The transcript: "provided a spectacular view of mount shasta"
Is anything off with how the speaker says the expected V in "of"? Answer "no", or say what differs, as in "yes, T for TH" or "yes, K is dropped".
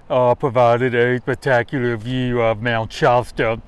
no